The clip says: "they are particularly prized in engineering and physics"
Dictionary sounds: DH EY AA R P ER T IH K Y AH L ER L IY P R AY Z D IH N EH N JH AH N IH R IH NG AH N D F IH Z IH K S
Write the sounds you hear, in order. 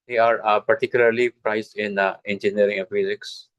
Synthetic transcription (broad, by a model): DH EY AA R P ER T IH K Y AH L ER L IY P R AY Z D IH N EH N JH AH N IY IH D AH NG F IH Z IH K S